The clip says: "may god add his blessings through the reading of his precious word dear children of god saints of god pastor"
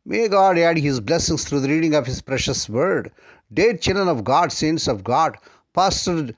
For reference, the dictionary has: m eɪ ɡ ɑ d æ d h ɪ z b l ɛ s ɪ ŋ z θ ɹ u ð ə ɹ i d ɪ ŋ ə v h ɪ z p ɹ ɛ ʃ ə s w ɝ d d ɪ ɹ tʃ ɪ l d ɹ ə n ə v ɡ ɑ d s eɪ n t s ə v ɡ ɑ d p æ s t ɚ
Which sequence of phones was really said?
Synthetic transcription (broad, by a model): m eɪ ɡ ɑ d æ d h ɪ z b l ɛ s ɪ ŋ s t ɹ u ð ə ɹ i d ɪ ŋ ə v h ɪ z p ɹ ɛ ʃ ə s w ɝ d d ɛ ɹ tʃ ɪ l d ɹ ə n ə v ɡ ɑ d s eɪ n s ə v ɡ ɑ d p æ s t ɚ